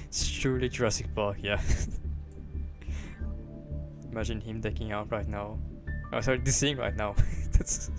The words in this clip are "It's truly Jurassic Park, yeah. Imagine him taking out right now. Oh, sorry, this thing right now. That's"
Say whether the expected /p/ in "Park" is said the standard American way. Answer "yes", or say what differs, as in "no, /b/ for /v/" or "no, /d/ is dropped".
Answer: no, /b/ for /p/